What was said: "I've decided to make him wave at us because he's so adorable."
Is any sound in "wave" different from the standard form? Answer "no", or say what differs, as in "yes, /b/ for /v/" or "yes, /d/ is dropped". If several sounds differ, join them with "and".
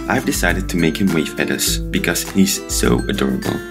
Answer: yes, /f/ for /v/